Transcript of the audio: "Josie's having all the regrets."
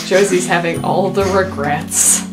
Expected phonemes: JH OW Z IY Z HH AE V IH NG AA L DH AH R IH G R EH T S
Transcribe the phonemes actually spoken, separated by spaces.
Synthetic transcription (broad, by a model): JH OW Z IY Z HH AE V IH NG AA L DH AH R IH G R EH T S